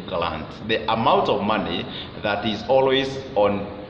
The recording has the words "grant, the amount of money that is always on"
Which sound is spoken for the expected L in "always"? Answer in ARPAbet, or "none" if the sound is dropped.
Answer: L